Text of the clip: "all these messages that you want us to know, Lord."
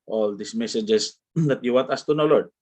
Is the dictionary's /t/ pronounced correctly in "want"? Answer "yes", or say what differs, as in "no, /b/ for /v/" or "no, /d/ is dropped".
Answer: yes